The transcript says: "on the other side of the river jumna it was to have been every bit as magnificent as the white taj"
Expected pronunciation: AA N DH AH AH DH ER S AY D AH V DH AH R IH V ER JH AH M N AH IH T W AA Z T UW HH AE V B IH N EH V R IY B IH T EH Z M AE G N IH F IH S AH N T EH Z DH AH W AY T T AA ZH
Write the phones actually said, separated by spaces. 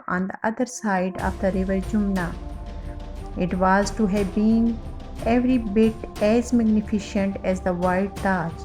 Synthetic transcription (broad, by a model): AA N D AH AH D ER S AY D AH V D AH R IH V ER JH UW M N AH IH T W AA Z T UW HH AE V B IH N EH V R IY B IH T EH Z M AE G N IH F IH SH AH N T EH Z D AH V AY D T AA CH